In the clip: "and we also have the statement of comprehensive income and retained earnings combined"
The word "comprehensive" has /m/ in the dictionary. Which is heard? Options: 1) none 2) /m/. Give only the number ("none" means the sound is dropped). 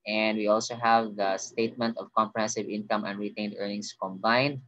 2